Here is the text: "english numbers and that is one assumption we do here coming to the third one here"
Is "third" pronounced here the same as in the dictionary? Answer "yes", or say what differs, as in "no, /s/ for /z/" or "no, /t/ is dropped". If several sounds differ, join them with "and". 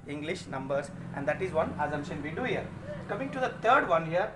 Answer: no, /t/ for /θ/